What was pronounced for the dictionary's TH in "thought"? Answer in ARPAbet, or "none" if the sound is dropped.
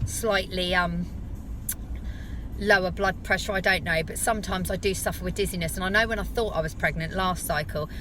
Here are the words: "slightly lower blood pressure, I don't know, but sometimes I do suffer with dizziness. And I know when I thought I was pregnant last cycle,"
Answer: TH